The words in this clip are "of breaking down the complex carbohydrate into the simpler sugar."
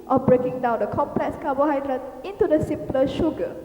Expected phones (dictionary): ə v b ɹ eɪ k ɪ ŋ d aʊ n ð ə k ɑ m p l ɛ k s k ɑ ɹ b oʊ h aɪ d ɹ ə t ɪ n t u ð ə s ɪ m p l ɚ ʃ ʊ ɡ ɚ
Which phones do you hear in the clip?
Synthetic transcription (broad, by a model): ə b ɹ eɪ k ɪ ŋ d aʊ n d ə k ɑ m p l ɛ k s k ɑ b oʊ h aɪ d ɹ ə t ɪ n t u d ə s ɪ m p l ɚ ʃ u ɡ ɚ